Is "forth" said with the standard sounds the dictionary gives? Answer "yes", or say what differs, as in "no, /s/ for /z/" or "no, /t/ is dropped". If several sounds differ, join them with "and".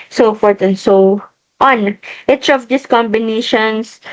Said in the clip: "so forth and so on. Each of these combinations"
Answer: no, /t/ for /θ/